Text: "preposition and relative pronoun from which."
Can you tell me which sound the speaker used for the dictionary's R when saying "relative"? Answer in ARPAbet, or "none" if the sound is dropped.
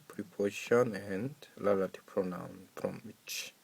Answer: L